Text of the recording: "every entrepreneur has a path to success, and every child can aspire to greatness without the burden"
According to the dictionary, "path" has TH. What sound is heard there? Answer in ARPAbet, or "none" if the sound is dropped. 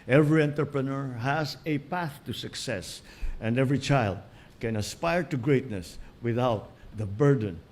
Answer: TH